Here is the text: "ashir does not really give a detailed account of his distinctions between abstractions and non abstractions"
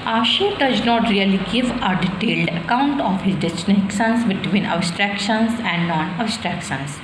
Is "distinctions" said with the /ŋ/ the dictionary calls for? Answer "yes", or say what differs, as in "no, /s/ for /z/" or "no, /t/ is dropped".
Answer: no, /ŋ/ is dropped